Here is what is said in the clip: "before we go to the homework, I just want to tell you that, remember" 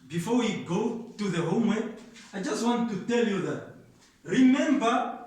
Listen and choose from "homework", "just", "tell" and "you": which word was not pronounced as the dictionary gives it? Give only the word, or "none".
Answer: homework